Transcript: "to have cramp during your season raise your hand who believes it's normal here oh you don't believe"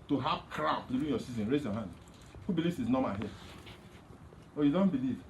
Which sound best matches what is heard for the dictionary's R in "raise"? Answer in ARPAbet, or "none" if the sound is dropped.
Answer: R